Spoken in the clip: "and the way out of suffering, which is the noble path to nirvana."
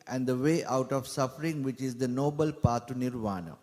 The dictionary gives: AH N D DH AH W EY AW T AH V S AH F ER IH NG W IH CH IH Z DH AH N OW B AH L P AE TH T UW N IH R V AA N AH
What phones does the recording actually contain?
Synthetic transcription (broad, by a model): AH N D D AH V EY AW T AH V S AH F ER IH NG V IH CH IH Z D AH N OW B AH L P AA T UW N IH R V AA N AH